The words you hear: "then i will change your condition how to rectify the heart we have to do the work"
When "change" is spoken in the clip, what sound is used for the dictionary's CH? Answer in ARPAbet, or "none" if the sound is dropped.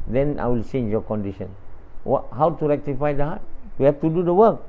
S